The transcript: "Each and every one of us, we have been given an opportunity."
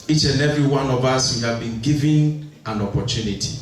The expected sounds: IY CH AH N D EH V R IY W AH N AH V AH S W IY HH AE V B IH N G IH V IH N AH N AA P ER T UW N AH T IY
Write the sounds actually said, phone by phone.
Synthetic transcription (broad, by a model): IY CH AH N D EH V R IY W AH N AH V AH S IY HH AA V B IH N G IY V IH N AH N AA P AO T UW N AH T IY